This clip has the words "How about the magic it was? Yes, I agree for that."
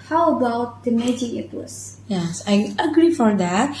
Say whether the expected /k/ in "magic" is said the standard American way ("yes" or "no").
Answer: no